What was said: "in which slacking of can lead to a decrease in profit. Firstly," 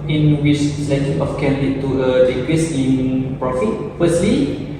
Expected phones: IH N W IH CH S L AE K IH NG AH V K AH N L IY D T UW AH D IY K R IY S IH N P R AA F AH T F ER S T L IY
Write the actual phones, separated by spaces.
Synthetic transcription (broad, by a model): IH N W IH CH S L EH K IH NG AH F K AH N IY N T UW AH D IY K W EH S IH N P R AA F AH T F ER S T L IY